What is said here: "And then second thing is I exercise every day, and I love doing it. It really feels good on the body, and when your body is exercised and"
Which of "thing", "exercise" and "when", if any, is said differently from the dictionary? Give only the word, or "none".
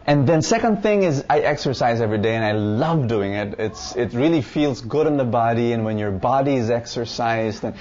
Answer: none